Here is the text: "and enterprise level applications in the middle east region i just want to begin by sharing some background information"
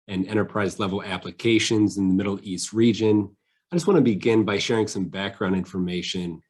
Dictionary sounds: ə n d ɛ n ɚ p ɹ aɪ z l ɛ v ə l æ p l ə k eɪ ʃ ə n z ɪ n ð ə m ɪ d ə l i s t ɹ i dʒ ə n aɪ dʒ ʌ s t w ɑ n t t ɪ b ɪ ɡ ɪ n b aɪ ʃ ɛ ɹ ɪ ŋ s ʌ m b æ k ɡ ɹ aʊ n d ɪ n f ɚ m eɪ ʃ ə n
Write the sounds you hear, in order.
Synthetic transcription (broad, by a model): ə n ɛ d ɚ p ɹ aɪ z l ɛ v l æ p l ə k eɪ ʃ ə n z ɪ n ð ə m ɪ d l i s t ɹ i dʒ ə n aɪ dʒ ʌ s t w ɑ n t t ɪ b ɪ ɡ ɪ n b aɪ ʃ ɛ ɹ ɪ ŋ s ʌ m b æ k ɡ ɹ aʊ n d ɪ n f ɚ m eɪ ʃ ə n